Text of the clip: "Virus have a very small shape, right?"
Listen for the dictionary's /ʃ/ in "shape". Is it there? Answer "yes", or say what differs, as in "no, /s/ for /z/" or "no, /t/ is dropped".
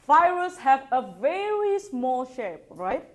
yes